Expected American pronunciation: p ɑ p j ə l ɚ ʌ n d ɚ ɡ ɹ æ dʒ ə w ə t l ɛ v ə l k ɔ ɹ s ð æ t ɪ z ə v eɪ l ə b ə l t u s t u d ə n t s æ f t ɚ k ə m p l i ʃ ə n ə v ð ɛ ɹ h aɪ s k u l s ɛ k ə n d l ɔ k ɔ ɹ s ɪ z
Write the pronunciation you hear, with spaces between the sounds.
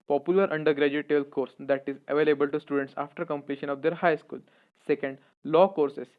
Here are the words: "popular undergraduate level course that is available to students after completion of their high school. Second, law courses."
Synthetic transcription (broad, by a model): p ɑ p j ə l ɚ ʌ n d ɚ ɡ ɹ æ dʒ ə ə t ɛ b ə l k ɔ ɹ s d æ t ɪ z ə v eɪ l ə b ə l t u s t u d ə n t s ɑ f t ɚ k ə m p l i ʃ ə n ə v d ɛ ɹ h aɪ s k u l s ɛ k ə n d l ɔ k ɔ ɹ s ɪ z